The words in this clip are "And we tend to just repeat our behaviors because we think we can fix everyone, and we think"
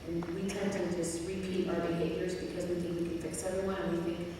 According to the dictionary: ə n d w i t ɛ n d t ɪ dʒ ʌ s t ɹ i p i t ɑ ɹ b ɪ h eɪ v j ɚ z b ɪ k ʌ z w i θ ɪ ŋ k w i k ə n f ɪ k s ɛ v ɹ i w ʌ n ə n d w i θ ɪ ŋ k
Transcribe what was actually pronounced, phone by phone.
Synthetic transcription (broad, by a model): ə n w i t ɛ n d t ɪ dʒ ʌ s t ɹ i p i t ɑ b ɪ h eɪ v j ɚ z b ɪ k ʌ z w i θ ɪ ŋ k w i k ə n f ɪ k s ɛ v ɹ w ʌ ə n w i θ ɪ ŋ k